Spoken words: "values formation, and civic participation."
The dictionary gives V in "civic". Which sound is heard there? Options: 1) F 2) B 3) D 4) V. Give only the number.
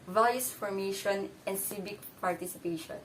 2